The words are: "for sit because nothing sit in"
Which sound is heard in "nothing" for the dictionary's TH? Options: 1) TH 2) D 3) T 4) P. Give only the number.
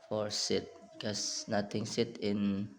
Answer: 3